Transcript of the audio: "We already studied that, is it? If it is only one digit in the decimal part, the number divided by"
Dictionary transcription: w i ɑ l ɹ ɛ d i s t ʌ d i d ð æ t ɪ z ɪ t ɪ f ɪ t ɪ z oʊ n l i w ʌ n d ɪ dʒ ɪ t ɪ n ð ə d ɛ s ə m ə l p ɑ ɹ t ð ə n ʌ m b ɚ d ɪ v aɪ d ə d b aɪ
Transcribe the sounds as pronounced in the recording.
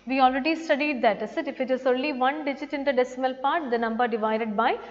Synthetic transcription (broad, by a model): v i ɑ l ɹ ɛ d i s t ʌ d i d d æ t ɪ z ɪ t ɪ f ɪ t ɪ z oʊ n l i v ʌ n d ɪ dʒ ɪ t ɪ n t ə d ɛ s ə m ə l p ɑ ɹ t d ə n ʌ m b ɚ d ɪ v aɪ d ə d b aɪ